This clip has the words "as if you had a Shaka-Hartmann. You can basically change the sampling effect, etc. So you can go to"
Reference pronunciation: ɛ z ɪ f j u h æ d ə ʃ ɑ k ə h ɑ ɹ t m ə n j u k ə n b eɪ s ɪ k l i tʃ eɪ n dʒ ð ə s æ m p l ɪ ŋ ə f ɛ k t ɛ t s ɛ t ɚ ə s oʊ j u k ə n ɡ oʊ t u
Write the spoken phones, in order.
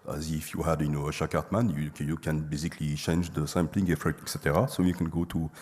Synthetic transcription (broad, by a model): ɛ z ɪ f j u h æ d ə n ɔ ə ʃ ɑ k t m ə n j u k ə n b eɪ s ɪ k l i tʃ eɪ n dʒ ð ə s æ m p l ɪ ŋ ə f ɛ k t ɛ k s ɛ t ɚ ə s oʊ j u k ə n ɡ oʊ t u